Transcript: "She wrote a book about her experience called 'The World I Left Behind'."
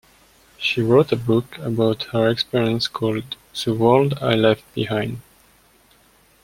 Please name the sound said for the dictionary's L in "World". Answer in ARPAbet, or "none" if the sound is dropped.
L